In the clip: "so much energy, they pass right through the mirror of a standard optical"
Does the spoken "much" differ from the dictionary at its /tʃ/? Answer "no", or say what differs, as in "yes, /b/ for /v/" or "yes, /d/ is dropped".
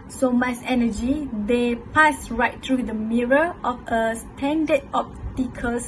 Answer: yes, /s/ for /tʃ/